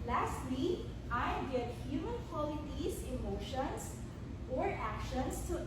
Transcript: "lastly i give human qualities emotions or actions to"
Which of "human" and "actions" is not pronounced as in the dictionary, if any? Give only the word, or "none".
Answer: actions